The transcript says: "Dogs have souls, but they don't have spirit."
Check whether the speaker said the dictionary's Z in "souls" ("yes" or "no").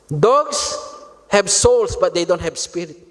no